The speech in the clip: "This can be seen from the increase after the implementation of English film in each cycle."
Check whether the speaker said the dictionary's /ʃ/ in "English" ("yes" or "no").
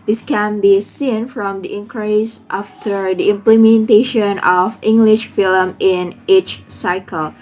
yes